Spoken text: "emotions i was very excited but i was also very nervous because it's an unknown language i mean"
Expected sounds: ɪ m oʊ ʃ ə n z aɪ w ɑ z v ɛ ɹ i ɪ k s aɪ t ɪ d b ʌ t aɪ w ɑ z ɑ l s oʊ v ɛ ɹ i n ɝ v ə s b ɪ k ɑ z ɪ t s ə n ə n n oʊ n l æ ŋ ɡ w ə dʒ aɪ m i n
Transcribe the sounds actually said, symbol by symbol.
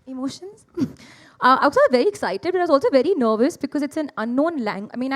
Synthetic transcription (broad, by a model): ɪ m oʊ ʃ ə n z aɪ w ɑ s v ɛ ɹ i ɪ k s aɪ t ɪ d b ʌ t aɪ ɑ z ɑ l s oʊ v ɛ ɹ i n ɝ v ə s b ɪ k ɑ z ɪ t s ə n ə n n oʊ n l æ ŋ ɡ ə ɪ m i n